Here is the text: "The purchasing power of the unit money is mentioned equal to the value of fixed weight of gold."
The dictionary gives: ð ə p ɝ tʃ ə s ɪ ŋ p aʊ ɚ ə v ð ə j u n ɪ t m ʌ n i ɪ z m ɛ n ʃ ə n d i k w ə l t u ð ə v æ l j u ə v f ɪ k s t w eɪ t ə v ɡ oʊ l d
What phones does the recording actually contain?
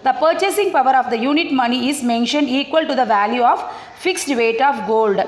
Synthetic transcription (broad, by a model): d ə p ɝ tʃ ə s ɪ ŋ p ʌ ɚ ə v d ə j u n ɪ t m ʌ n i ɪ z m ɛ n ʃ ə n d i k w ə l t u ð ə v æ l j u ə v f ɪ k s t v eɪ t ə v ɡ oʊ l d